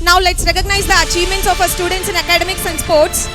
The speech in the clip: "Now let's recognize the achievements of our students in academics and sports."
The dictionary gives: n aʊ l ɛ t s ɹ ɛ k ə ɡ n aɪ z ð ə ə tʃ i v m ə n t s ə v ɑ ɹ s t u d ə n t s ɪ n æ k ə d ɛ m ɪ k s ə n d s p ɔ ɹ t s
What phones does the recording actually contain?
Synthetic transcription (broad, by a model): n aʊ l ɛ t s ɹ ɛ k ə ɡ n aɪ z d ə ə tʃ i v m ə n t s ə f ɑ s t u d ə n t s ɪ n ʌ k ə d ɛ m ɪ k s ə n s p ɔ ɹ t s